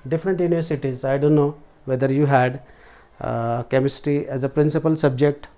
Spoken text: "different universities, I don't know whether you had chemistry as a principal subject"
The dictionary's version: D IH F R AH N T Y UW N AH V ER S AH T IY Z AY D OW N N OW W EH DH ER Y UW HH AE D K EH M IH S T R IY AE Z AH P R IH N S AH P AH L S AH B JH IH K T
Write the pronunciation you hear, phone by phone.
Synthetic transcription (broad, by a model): D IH F R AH N T Y UW N AH V ER S AH T IY Z AY D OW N N OW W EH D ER Y UW HH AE D K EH M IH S T IY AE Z AH P R IH N S AH P AH L S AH B JH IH K T